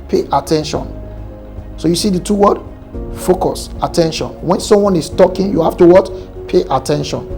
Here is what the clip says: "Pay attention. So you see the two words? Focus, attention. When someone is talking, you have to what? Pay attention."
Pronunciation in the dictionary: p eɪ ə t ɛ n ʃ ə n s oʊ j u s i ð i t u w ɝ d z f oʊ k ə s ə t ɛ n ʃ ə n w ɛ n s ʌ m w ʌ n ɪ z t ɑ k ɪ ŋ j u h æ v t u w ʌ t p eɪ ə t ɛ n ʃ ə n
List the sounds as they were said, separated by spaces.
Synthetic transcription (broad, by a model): p eɪ ə t ɛ n ʃ ə n s oʊ j u s i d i t u w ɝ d f oʊ k ə s ə t ɛ n ʃ ə n w ɛ n s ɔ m w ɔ n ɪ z t ɑ k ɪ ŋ j u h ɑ f t u w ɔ t p eɪ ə t ɛ n ʃ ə n